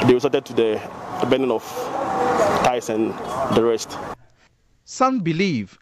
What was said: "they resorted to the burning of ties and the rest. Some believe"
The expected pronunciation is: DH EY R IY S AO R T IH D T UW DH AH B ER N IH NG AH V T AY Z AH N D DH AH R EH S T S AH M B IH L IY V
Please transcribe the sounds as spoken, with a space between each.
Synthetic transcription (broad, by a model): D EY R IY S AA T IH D T UW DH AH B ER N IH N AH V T AY S AH N D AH R EH S T S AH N B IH L IY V